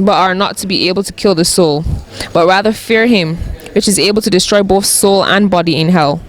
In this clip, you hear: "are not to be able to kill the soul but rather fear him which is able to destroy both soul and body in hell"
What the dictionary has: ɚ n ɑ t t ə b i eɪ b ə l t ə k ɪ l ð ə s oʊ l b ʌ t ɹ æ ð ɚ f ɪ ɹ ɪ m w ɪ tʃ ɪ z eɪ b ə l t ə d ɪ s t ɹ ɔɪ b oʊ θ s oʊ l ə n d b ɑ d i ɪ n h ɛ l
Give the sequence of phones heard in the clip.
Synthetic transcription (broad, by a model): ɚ n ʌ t t ə b i eɪ b ə l t ə k ɪ l ð ə s oʊ l b ʌ t ɹ æ ð ɚ f ɪ ɹ ɪ m w ɪ tʃ ɪ z eɪ b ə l t ə d ɪ s t ɹ ɔɪ b oʊ θ s oʊ l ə n b ɑ d i ɪ n h ɛ l